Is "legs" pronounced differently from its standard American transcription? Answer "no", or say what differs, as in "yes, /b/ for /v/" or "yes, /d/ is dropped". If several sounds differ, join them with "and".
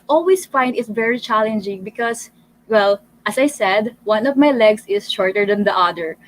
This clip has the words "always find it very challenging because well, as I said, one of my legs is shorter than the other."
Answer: yes, /s/ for /z/